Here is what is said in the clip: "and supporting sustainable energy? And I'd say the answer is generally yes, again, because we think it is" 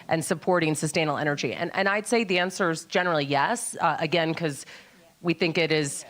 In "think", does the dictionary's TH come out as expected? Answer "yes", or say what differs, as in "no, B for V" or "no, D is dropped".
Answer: yes